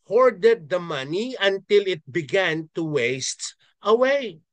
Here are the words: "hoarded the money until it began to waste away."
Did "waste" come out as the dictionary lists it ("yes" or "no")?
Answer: yes